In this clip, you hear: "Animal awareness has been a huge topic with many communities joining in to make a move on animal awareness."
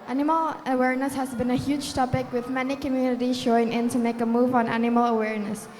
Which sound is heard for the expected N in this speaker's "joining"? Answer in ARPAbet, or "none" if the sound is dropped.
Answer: none